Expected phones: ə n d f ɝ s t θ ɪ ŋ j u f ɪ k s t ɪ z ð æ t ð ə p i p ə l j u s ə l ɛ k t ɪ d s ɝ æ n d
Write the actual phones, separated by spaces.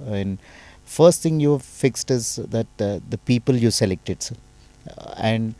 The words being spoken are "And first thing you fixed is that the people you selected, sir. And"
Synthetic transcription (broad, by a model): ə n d f ɝ s t t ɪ ŋ j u f ɪ k s t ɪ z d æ t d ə p i p ə l j u s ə l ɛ k t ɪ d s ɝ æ n d